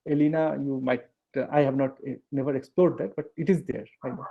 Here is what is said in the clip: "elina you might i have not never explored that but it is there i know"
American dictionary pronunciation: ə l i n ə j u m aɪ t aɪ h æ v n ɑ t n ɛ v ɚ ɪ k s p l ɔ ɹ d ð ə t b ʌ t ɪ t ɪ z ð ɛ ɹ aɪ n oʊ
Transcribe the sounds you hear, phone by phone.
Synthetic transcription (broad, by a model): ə l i n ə j u m aɪ t aɪ h æ v n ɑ t n ɛ v ɚ ɪ k s p l ɔ ɹ d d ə t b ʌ t ɪ t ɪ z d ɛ ɹ aɪ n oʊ